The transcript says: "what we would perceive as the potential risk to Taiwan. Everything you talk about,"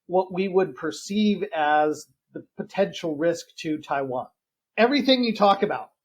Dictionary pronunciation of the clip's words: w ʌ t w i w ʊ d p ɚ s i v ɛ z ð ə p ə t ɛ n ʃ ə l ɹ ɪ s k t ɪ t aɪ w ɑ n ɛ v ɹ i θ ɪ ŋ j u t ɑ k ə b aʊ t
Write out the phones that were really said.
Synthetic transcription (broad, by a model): w ʌ t w i w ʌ d p ɚ s i v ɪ z ð ə p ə t ɛ n ʃ l ɹ ɪ s k t ɪ t aɪ w ɑ n ɛ v ɹ i θ ɪ ŋ j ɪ t ɑ k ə b aʊ t